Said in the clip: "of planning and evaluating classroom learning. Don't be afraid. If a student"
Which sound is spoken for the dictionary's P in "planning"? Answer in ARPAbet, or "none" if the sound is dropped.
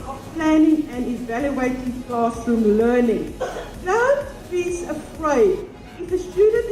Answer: P